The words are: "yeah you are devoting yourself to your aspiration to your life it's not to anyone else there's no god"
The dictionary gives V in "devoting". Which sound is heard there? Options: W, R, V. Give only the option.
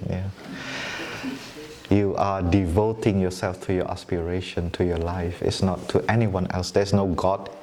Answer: V